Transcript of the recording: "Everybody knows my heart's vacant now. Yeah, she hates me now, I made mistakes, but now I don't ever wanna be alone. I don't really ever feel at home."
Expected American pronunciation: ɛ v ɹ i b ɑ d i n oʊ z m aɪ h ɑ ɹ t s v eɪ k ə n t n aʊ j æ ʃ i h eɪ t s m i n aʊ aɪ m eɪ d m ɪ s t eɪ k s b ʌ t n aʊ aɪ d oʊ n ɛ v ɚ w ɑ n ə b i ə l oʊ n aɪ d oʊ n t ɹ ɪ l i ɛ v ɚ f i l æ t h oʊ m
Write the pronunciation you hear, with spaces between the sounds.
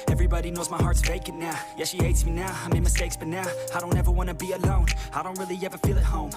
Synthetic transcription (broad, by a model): ɛ v ɹ i b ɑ d i n oʊ z m aɪ h ɑ ɹ t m eɪ k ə t n aʊ j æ ʃ i h eɪ t s m i n aʊ aɪ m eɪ m ɪ s t eɪ k s b ʌ t n aʊ aɪ d oʊ n ɛ v ɚ w ɑ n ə b i ə l oʊ n aɪ d oʊ n t ɹ ɪ l i ɛ v ɚ f i l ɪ t h oʊ m